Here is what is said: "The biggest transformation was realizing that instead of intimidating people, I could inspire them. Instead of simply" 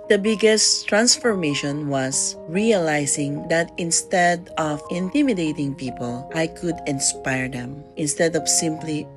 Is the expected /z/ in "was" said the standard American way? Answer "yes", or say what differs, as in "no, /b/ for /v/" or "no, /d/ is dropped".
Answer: no, /s/ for /z/